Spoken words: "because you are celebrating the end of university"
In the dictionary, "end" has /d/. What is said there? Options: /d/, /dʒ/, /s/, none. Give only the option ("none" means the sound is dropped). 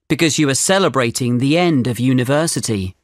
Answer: /d/